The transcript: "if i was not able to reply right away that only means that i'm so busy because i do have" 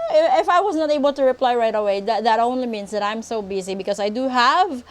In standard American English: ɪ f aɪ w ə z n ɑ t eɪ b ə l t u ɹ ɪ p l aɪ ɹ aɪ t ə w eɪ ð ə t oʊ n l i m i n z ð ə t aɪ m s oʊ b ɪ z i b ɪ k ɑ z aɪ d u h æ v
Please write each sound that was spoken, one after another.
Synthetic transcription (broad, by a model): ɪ f aɪ w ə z n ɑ t eɪ b ə l t u ɹ ɪ p l aɪ ɹ aɪ t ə w eɪ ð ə t oʊ n l i m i n s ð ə t aɪ m s oʊ b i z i b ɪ k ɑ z aɪ d u h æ v